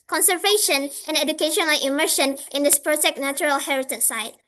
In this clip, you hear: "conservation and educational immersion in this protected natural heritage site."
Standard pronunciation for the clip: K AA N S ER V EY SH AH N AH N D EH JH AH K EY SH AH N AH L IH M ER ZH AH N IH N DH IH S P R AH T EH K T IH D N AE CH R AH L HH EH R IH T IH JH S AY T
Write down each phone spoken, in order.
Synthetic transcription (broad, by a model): K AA N S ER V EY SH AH N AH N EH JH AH K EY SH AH N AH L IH M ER SH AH N IH N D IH S P R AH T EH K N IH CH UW R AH L HH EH R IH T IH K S AY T